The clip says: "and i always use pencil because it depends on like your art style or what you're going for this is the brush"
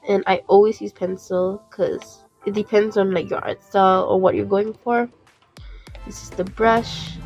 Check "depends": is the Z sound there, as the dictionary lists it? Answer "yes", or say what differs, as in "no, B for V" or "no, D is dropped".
yes